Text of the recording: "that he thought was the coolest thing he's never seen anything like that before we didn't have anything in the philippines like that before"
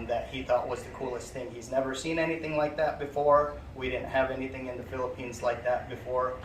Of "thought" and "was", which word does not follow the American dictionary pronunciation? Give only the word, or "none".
none